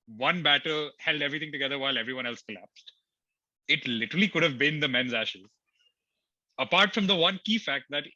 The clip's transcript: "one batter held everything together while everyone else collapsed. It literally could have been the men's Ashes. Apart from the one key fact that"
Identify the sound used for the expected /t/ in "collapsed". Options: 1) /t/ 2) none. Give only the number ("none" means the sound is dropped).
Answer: 1